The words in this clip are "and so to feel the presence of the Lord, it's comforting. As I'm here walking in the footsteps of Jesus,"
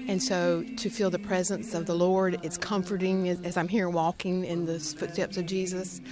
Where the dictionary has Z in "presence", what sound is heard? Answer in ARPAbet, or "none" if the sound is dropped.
Z